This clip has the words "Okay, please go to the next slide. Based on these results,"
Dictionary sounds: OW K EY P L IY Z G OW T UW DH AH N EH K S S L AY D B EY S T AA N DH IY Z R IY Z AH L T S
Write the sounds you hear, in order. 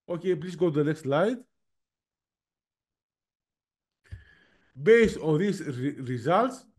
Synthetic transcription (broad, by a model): OW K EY P L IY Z G OW T UW DH AH N EH K S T L AY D B EY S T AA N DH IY S R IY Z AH L T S